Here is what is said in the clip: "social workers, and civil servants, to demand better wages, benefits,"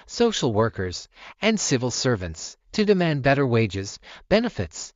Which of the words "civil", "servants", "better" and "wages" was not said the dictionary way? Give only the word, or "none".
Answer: none